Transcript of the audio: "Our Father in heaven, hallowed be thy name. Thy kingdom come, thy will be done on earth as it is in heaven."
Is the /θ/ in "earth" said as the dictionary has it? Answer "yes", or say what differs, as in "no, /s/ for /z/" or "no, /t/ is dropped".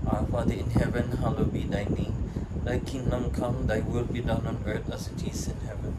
no, /t/ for /θ/